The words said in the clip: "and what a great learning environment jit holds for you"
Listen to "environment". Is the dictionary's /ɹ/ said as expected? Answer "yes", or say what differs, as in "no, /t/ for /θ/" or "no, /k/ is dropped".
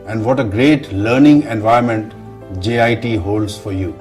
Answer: no, /ɹ/ is dropped